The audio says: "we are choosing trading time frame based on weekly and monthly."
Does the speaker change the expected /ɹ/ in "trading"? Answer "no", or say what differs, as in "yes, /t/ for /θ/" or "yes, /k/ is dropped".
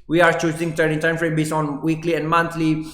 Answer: yes, /ɹ/ is dropped